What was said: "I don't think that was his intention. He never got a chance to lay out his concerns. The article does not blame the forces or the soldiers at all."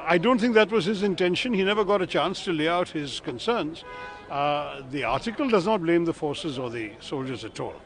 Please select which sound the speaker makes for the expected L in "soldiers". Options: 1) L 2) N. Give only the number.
1